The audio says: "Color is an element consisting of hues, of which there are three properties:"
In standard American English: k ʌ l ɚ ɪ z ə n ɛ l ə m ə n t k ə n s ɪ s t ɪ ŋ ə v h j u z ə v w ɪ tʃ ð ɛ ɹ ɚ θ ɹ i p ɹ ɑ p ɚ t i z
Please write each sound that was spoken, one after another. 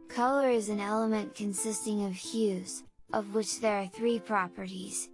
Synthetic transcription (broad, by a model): k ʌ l ɚ ɪ z ə n ɛ l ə m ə n k ə n s ɪ s t ɪ ŋ ə v h j u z ə v w ɪ tʃ ð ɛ ɹ θ ɹ i p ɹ ɑ p ɚ t i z